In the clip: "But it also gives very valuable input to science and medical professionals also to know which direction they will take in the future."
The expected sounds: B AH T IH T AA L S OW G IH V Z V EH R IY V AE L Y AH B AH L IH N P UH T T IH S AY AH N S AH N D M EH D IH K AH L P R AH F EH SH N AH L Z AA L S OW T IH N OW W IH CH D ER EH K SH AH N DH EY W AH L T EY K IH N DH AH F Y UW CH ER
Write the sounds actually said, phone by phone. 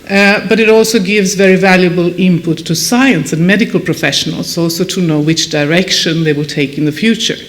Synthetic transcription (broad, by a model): B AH T IH T AA L S OW G IH V Z V EH R IY V AE L Y AH B AH L IH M P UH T T IH S AY AH N S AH N M EH D IH K AH L P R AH F EH SH N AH L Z AA L S OW T IH N OW W IH CH D ER EH K SH AH N DH EY W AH L T EY K IH N DH AH F Y UW CH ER